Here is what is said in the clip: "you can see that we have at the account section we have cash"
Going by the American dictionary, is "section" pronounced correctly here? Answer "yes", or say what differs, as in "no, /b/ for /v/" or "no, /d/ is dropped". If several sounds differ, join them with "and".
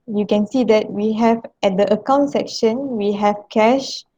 yes